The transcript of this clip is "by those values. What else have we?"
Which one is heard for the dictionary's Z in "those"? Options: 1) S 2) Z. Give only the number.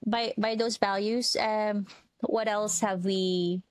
2